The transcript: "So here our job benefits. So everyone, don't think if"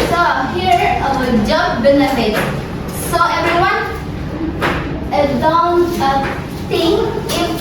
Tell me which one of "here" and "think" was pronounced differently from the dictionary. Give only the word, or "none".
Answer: think